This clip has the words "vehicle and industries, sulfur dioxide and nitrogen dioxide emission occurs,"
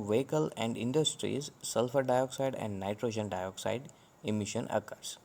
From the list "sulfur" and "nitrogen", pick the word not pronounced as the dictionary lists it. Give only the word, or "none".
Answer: none